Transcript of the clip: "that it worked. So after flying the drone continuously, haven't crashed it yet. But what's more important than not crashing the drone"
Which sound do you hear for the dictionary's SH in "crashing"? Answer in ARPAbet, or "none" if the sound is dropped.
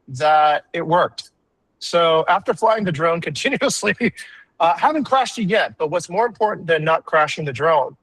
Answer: SH